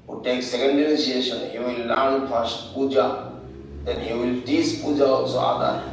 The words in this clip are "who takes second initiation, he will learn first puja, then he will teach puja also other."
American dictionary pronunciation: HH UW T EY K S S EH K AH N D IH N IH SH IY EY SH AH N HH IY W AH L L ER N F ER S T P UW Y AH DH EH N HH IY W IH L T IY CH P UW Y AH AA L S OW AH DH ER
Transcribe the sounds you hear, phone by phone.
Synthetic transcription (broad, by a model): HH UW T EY K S S EH K AH N D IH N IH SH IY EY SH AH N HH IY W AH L L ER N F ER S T P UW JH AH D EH N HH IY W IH L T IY S P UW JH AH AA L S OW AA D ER